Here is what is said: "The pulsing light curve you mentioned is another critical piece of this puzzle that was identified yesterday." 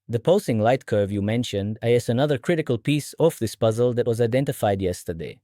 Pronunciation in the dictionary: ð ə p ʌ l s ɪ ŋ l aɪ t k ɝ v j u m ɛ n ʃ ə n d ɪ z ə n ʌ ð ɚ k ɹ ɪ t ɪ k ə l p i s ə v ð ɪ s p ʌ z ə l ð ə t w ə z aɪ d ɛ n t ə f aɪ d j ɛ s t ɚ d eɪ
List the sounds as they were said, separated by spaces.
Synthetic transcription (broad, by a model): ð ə p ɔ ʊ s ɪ ŋ l aɪ t k ɝ v j u m ɛ n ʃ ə n d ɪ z ə n ʌ ð ɚ k ɹ ɪ t ɪ k ə l p i s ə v ð ɪ s p ʌ z ə l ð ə t w ə z aɪ d ɛ n t ə f aɪ d j ɛ s t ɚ d eɪ